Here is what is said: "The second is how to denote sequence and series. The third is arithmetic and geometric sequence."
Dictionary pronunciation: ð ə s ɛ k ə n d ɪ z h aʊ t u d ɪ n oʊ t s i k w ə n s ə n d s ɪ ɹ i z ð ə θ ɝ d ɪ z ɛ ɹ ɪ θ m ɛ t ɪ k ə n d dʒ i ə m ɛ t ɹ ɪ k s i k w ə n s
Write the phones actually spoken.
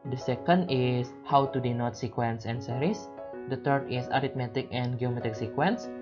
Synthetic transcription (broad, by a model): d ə s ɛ k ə n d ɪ s h aʊ t u d ɪ n oʊ t s i k w ə n s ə n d s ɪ ɹ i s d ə t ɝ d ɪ s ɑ ɹ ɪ t m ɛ t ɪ k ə n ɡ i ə m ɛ t ɪ k s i k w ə n s